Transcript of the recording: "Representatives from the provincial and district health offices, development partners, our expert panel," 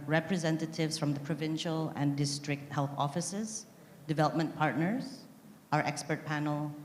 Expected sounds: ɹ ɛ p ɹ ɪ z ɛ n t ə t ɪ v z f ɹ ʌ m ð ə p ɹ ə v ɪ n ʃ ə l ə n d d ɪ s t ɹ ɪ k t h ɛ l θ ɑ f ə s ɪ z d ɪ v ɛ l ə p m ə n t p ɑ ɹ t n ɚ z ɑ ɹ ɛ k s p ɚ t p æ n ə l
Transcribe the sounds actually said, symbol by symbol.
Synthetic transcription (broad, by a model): ɹ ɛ p ɹ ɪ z ɛ n t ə t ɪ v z f ɹ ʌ m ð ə p ɹ ə v ɪ n ʃ ə l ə n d d ɪ s t ɹ ɪ k t h ɛ l θ ɑ f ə s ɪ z d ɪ v ɛ l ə p m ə n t p ɑ ɹ t n ɚ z ɑ ɹ ɛ k s p ɚ t p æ n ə l